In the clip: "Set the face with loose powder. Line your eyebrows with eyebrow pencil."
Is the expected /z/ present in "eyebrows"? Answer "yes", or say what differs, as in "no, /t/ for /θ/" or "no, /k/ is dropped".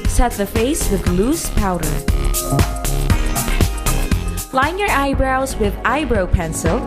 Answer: yes